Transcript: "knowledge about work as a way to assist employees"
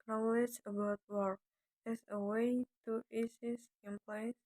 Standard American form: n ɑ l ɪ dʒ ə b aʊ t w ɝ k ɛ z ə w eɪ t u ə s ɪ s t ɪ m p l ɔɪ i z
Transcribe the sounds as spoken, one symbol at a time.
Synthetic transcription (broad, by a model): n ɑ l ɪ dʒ ə b aʊ t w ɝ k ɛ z ə w eɪ t u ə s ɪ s ɪ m p l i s